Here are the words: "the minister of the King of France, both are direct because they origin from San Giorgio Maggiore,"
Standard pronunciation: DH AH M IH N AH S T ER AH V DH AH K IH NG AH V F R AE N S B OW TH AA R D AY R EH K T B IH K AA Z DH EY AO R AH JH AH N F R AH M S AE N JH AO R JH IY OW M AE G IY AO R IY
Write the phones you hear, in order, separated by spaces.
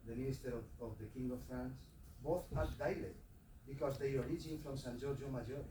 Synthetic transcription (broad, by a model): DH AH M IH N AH S T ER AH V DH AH K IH NG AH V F R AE N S B OW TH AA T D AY L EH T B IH K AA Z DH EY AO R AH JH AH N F R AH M S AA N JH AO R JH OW M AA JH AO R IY